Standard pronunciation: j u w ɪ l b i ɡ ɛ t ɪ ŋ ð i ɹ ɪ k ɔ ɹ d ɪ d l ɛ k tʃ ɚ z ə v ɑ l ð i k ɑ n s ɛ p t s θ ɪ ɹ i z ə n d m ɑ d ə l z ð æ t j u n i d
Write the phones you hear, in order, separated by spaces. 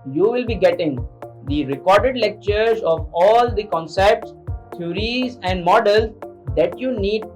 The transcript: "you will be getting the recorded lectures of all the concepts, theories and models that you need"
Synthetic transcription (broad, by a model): j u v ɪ l b i ɡ ɛ t ɪ ŋ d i ɹ ɪ k ɔ ɹ d ɪ d l ɛ k tʃ ɚ z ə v ɑ l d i k ɑ n s ɛ p t s t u ɹ i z ə n d m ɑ d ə l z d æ t j u n i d